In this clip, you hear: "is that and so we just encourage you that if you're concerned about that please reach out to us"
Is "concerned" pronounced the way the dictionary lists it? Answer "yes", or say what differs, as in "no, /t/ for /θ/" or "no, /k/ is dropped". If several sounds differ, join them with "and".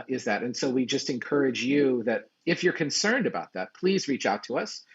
yes